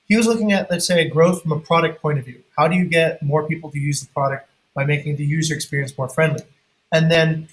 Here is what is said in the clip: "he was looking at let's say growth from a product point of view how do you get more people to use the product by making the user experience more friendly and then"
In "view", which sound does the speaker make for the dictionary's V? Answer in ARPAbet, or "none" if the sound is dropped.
V